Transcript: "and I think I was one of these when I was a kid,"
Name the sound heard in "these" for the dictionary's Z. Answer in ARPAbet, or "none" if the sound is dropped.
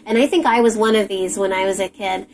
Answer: Z